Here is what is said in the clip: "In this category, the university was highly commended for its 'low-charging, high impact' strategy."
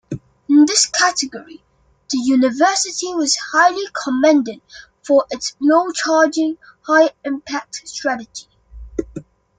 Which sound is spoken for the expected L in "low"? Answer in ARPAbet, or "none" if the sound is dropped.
N